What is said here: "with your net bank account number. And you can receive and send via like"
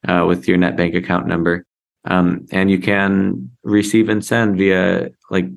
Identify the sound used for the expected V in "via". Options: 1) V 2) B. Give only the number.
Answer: 1